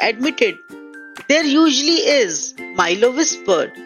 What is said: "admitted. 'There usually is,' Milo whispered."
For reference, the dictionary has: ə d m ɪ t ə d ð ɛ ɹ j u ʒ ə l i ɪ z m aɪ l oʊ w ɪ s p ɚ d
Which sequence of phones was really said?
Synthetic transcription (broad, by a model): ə d m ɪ t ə d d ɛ ɹ j u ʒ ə l i ɪ z m aɪ l oʊ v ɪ s p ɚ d